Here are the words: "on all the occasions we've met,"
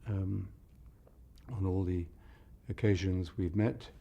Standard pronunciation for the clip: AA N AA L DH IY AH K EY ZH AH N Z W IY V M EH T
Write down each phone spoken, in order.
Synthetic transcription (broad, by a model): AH N AA L DH IY AH K EY ZH AH N Z W IY V M EH T